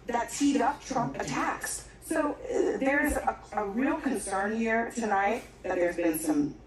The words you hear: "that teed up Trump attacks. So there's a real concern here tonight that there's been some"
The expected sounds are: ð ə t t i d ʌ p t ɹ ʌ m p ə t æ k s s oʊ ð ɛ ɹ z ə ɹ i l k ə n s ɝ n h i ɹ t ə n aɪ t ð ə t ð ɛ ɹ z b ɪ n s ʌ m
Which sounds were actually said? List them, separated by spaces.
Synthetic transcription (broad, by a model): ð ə t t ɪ d ʌ p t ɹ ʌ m ə t æ k s s oʊ ð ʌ ɹ z ə ɹ i l k ə n s ɝ n h i ɹ t ə n aɪ t ð ə t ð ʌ ɹ z b ɪ n s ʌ m